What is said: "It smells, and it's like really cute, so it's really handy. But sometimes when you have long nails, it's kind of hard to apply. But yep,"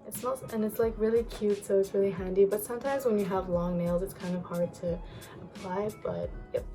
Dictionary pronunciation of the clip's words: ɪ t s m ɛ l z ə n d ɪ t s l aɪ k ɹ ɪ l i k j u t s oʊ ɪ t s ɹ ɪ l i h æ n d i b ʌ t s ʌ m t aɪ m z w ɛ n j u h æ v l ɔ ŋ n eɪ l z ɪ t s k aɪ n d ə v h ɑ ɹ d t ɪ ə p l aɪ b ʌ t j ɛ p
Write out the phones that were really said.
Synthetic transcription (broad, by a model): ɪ t s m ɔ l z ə n ɪ t s l aɪ k ɹ ɪ l i k j u t s oʊ ɪ t s ɹ ɪ l i h æ n d i b ʌ t s ʌ m t aɪ m z w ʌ n j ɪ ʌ v l ɔ ŋ n eɪ l z ɪ t s k aɪ n d ə v h ɑ ɹ d t ɪ ə p l aɪ b ʌ t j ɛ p